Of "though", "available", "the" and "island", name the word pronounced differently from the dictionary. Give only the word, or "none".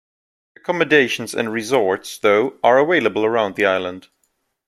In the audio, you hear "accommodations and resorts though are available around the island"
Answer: available